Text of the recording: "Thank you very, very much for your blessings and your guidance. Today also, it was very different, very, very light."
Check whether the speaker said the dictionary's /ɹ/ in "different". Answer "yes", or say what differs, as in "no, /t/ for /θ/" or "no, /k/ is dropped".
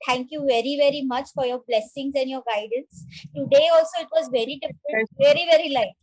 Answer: no, /ɹ/ is dropped